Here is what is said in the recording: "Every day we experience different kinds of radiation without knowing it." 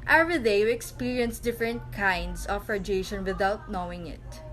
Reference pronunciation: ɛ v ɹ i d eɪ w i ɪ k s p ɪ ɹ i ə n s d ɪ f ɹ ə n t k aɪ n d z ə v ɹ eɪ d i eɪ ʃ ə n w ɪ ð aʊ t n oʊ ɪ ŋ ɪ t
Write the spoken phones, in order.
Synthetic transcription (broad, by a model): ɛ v ɹ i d eɪ w i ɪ k s p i ɹ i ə n s d ɪ f ɹ ə n t k aɪ n d s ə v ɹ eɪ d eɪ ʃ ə n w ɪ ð aʊ t n oʊ ɪ ŋ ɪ t